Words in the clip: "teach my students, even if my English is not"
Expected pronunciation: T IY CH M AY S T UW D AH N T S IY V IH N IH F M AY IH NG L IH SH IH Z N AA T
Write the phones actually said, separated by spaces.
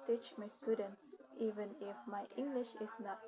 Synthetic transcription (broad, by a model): T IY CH M AY S T UW D AH N T S IY V IH N IH F M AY IH NG L IH SH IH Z N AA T